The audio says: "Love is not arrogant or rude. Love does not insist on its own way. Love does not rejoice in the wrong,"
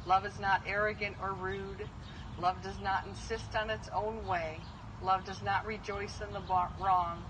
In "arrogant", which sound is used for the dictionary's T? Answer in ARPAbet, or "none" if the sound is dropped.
T